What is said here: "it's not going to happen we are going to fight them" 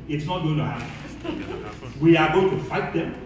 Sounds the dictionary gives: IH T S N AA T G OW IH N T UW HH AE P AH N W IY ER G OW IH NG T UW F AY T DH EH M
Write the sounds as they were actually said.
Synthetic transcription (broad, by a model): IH T S N AA T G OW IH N T UW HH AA AH W IY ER G OW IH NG T UW F AY T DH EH M